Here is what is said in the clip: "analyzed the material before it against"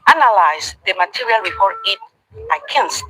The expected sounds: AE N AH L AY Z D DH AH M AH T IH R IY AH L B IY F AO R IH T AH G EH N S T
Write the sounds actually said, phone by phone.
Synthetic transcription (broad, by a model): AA N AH L AY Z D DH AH M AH T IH R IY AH L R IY P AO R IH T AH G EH N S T